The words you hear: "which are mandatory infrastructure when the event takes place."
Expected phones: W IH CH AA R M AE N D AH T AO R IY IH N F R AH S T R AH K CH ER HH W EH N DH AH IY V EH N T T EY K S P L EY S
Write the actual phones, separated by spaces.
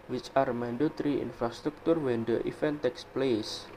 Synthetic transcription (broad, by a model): W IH CH AA R M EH N D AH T R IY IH N F R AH S T R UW K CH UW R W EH N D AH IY F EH N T T EY K S P L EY S